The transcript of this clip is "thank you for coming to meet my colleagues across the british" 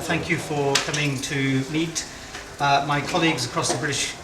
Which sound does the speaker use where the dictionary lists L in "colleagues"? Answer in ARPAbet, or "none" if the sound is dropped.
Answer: L